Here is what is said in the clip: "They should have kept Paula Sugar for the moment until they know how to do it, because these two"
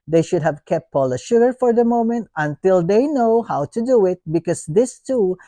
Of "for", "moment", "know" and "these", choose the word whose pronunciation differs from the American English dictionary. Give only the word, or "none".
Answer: these